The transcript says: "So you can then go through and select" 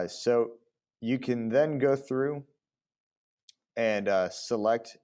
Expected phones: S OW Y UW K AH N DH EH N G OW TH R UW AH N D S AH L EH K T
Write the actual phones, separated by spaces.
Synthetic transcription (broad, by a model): S OW Y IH K AH N DH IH N G OW TH R UW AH N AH S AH L EH K T